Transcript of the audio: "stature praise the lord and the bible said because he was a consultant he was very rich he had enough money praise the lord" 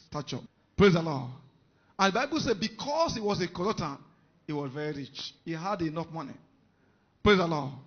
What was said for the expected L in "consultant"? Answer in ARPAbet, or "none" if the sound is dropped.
none